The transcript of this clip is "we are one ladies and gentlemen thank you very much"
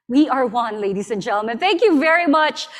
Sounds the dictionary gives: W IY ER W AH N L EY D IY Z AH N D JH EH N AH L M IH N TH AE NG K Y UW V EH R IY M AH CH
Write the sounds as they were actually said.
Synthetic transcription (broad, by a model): W IY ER W AH N L EY D IY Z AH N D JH EH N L M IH N TH AE NG K Y UW V EH R IY M AH CH